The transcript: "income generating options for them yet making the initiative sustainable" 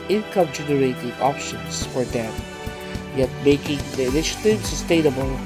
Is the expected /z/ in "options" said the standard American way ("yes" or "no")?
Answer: no